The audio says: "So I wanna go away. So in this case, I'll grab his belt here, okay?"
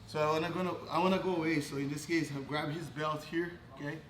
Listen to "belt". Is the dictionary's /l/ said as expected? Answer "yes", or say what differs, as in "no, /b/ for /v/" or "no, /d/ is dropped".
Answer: yes